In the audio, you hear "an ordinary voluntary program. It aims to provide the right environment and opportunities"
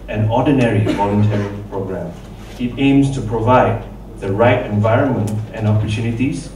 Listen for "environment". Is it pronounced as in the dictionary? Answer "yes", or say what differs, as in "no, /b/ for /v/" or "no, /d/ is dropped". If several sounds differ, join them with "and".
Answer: yes